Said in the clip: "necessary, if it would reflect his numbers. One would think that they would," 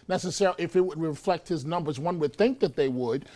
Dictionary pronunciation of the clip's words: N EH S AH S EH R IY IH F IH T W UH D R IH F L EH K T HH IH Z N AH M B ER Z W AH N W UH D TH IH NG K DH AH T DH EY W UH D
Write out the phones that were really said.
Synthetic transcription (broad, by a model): N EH S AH S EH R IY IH F IH T W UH D R IH F L EH K T HH IH Z N AH M B ER Z W AH N W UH D TH IH NG K DH AH T DH EY W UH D